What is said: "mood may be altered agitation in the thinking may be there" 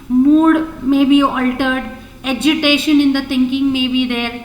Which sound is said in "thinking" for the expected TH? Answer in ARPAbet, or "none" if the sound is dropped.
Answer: T